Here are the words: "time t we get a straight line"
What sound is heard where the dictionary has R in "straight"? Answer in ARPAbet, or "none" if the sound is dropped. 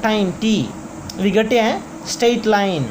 none